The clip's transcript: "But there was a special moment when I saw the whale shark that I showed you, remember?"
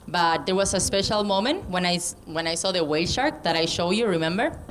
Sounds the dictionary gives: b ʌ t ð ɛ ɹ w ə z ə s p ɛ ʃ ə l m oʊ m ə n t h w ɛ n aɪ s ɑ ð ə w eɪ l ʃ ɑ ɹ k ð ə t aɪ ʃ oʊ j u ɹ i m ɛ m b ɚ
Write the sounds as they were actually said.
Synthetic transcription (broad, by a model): b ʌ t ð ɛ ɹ w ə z ə s p ɛ ʃ ə l m oʊ m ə n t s w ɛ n aɪ s ɑ ð ə w eɪ l ʃ ɑ ɹ k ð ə t aɪ ʃ oʊ j u ɹ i m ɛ m b ɚ